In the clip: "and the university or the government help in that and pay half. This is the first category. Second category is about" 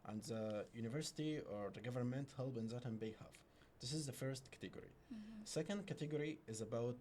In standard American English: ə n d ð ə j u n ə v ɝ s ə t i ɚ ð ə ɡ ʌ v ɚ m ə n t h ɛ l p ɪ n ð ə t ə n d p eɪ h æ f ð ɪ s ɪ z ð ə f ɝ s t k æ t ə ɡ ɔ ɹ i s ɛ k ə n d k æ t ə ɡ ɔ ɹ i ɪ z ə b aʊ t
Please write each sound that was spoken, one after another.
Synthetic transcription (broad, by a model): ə n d ð ə j u n ə v ɝ s ə t i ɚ ð ə ɡ ʌ v ɚ m ə n t h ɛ l b ɪ n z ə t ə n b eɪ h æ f ð ɪ s ɪ z ð ə f ɝ s t k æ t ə ɡ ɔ ɹ i s ɛ k ə n d k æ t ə ɡ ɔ ɹ i ɪ z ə b aʊ t